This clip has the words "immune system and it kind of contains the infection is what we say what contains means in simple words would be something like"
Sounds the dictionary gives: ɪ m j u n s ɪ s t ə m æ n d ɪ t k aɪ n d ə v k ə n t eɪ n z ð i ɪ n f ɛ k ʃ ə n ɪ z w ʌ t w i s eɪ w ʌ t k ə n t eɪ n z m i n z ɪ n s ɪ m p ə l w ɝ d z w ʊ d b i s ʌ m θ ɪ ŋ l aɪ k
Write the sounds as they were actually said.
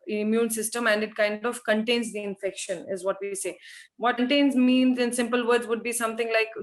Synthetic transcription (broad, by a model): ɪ m j u n s ɪ s t ə m æ n d ɪ t k aɪ n d ə v k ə n t eɪ n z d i ɪ n f ɛ k ʃ ə n ɪ z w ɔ t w i s eɪ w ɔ t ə n t eɪ n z m i n z ɪ n s ɪ m p ə l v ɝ d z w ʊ d b i s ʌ m t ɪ ŋ l aɪ k